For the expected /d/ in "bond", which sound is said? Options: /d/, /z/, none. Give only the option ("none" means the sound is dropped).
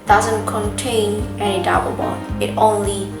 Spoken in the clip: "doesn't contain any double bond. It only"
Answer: none